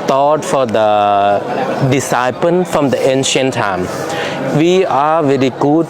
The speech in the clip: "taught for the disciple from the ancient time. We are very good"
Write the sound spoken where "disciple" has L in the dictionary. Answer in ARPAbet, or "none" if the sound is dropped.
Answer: N